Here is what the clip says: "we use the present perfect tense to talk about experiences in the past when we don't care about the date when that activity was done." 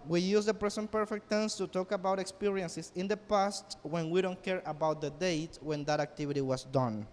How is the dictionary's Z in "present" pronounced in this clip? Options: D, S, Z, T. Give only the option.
S